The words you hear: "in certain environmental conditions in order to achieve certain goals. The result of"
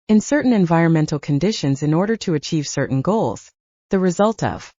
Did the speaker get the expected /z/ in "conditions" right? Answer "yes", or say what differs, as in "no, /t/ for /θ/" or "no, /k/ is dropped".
yes